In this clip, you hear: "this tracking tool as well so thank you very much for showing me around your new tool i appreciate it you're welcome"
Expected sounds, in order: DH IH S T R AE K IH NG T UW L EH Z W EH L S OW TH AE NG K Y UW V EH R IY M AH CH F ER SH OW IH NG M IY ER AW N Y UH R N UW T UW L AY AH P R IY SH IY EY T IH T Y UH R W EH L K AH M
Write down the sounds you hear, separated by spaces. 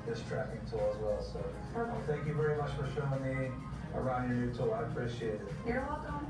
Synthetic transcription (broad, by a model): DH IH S T R AE K IH NG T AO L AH Z W EH L S OW TH AE NG K Y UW V EH R IY M AH CH F ER SH OW IH NG M IY ER AW N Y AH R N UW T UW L AY AH P R IY SH IY EY T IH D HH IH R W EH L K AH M